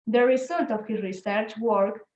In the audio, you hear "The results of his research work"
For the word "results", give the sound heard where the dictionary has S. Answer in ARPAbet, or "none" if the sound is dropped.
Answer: none